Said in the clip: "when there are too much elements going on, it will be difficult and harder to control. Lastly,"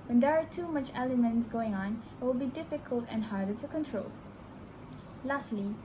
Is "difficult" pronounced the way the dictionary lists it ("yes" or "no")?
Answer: yes